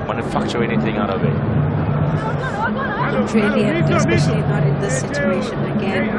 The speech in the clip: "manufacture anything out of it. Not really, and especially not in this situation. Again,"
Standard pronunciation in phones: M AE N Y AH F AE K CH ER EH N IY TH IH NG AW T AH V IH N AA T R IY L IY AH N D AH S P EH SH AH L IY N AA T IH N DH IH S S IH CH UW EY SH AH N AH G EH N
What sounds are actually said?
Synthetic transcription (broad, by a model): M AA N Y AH F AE K CH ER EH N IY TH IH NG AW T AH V IH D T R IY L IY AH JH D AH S AH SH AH IY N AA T IH N DH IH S S IH CH UW EY SH AH N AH G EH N